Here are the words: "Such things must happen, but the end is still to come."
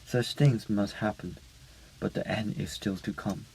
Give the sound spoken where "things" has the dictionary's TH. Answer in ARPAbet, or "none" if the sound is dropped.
TH